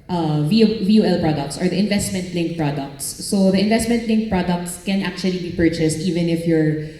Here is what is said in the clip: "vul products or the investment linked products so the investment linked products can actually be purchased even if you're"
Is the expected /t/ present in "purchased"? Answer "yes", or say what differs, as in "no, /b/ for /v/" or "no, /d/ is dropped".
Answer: yes